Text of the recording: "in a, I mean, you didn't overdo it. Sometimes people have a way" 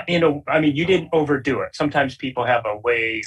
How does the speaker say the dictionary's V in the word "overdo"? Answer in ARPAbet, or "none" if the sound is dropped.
V